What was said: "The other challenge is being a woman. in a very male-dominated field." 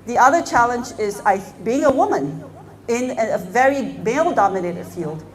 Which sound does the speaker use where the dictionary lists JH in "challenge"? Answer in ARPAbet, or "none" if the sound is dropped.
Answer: JH